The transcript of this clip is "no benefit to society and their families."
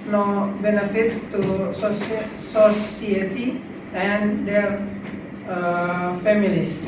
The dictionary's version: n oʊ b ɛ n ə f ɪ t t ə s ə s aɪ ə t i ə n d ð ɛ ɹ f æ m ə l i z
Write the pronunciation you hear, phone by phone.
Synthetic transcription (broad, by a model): n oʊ b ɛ n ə f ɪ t s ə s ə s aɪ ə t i ə n d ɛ ɹ f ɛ m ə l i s